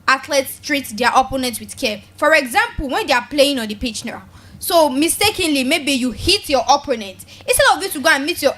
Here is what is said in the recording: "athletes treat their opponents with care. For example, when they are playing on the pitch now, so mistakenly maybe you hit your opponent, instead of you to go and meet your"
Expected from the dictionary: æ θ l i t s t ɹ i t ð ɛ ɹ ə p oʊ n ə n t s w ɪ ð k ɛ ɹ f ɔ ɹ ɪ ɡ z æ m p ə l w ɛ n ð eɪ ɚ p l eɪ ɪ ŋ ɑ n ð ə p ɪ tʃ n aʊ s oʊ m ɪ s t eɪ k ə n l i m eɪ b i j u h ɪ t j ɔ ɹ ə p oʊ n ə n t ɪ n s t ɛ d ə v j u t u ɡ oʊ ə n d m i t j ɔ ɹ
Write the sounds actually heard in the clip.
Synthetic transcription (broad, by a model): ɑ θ l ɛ t s t ɹ i t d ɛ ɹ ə p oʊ n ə n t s w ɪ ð k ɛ f ɔ ɹ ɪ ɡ z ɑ m p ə l w ɛ n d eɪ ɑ p l eɪ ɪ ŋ ɑ n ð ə p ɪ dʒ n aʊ s oʊ m ɪ s t eɪ k ə n l i m eɪ b i j u h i t j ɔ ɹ ə p oʊ n ə n t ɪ s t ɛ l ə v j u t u ɡ oʊ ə n m i t j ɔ